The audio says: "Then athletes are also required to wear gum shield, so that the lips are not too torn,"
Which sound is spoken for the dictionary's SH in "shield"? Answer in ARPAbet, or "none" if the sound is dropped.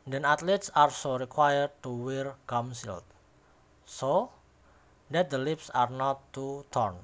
S